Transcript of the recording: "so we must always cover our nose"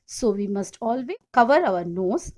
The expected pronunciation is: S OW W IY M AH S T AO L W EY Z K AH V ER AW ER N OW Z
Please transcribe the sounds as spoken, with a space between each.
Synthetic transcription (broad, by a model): S OW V IY M AH S T AO L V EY K AH V ER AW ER N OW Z